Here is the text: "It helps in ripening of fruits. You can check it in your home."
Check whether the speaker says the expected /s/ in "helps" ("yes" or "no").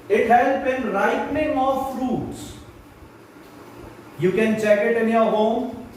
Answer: no